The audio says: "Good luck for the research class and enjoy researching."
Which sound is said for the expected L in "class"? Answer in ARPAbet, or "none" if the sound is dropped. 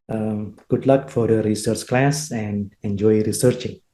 L